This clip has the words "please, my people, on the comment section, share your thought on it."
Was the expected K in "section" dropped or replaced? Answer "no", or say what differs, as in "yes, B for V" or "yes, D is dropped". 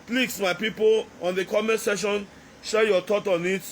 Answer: yes, K is dropped